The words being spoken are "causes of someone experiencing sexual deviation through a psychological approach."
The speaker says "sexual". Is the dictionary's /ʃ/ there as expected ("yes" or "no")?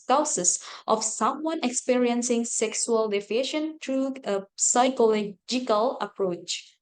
no